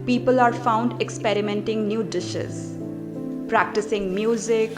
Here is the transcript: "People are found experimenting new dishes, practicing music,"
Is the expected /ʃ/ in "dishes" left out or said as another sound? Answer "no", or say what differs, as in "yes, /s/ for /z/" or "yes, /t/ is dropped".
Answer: no